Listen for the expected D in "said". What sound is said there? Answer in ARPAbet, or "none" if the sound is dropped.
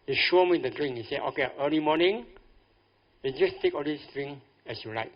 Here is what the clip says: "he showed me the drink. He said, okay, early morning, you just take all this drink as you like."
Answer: none